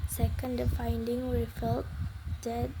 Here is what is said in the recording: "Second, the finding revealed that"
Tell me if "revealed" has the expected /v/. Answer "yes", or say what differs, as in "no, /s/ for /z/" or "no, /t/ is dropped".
no, /f/ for /v/